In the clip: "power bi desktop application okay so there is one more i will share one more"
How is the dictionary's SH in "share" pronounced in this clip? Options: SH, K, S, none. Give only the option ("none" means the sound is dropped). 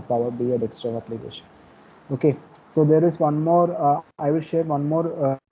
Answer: SH